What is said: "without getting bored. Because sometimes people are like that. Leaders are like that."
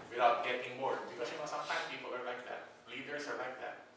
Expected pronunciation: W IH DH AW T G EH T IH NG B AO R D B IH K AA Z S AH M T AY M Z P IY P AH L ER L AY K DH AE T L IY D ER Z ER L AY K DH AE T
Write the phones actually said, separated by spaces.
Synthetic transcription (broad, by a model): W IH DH AW T G EH T IH NG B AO R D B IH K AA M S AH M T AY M P IY P AH L ER L AY K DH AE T L IY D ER S ER L AY K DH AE T